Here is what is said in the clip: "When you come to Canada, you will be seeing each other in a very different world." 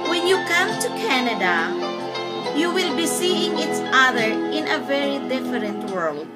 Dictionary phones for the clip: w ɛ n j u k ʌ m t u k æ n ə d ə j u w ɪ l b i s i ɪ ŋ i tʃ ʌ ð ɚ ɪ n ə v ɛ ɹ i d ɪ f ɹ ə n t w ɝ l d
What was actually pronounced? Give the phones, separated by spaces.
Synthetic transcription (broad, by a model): w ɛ n j u k ʌ m t u k æ n ə d ə j u w ɪ l b i s i ɪ ŋ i s ʌ ð ɚ ɪ n ə v ɛ ɹ i d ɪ f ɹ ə n t w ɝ l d